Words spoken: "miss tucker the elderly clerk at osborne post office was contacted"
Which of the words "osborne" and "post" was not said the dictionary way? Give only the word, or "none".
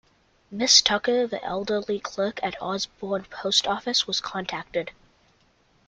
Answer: none